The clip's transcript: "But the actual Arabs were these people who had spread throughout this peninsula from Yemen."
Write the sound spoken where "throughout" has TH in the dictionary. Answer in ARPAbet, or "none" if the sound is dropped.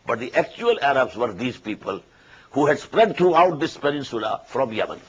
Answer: T